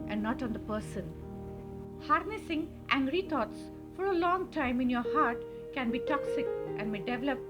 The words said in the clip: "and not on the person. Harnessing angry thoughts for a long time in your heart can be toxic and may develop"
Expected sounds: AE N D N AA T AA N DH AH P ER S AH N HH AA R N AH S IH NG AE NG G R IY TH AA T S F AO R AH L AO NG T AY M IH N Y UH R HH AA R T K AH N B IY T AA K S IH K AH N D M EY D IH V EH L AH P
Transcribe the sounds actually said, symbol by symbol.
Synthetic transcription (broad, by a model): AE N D N AA T AA N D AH P ER S AH N HH AA R N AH S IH NG AE NG G R IY T AA T S F AO R AH L AO NG T AY M IH N Y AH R HH AA R T K AH N B IY T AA K S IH K AH N D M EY D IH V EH L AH P